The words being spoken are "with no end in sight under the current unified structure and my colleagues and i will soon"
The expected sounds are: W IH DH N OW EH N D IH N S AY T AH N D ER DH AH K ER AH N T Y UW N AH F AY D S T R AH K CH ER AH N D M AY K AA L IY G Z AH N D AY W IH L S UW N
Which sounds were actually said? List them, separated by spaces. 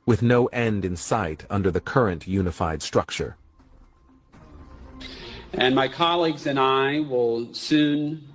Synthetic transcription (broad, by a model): W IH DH N OW EH N D IH N S AY T AH N D ER DH AH K ER AH N T Y UW N AH F AY D S T R AH K CH ER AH N M AY K AA L IY G Z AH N AY W IH L S UW N